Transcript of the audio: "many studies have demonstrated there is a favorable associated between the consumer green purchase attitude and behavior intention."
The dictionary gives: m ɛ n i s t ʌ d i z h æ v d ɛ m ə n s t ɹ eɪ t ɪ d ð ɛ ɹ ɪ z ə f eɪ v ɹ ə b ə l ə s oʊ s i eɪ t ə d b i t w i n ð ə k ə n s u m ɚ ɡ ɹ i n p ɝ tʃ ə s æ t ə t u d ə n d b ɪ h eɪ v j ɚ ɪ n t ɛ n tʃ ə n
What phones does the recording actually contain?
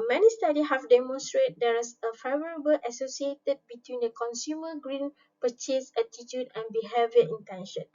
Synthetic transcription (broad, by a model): m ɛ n i s t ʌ d i h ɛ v d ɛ m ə n s t ɹ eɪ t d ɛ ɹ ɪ s ə f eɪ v ɹ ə b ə l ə s oʊ s i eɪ t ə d b i t w i n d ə k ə n s u m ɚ ɡ ɹ i n p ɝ tʃ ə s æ t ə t u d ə n b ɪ h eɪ v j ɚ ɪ n t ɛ n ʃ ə n